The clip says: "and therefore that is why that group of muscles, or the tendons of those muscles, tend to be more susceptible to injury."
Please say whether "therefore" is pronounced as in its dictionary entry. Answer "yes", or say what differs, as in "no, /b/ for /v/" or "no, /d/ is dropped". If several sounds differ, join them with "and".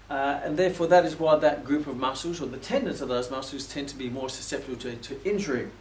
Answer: yes